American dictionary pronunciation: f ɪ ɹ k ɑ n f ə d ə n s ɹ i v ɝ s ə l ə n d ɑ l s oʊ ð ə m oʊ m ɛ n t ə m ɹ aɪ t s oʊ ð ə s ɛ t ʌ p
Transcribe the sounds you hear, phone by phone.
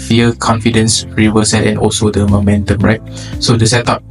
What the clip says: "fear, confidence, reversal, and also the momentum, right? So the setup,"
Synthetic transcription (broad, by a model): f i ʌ k ɑ n f ə d ə n s ɹ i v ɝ s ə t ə n ɑ l s oʊ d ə m oʊ m ɛ n t ə m ɹ aɪ t s oʊ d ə s ɛ t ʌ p